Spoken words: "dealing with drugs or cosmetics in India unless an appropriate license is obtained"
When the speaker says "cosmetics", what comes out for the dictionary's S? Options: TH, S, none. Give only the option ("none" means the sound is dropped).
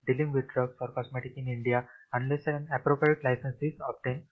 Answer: none